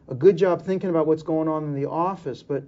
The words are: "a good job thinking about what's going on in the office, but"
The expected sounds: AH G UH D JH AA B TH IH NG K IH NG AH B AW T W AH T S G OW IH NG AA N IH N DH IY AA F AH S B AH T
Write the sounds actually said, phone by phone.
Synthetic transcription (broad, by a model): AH G UH D JH AA B TH IH NG K IH NG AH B AW T W AH T S G OW IH NG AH N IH N DH IY AA F AH S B AH T